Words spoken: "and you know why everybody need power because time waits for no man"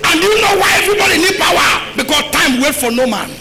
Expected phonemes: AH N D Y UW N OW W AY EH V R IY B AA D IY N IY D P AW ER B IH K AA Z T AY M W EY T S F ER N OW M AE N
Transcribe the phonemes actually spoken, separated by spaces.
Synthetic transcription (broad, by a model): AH N D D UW N OW W AY EH V R IY B AA D IY N IY D P AW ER B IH K AA S T AY M W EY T F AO N OW M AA N